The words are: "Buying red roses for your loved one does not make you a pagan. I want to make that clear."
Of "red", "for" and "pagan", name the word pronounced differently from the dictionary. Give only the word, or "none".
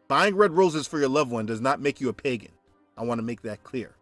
none